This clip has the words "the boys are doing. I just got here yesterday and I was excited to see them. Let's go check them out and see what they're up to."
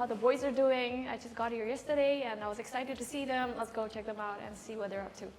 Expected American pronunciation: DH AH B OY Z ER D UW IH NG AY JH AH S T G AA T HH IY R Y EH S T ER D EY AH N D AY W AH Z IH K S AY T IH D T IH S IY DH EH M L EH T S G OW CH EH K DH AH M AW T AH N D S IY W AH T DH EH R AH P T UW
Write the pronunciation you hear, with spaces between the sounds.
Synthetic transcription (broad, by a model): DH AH B OY Z ER D UW IH NG AY JH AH S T G AA T HH IY R Y EH S T ER D EY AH N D AY W AH Z IH K S AY T IH D T IH S IY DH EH M L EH T S G OW CH EH K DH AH M AW T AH N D S IY W AH T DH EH R AH P T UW